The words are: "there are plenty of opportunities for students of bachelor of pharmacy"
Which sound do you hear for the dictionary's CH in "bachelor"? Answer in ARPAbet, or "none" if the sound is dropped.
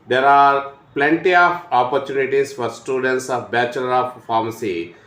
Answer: CH